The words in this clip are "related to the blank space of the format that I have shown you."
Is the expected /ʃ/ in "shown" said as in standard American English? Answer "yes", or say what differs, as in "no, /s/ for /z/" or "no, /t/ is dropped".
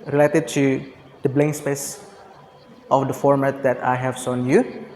no, /s/ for /ʃ/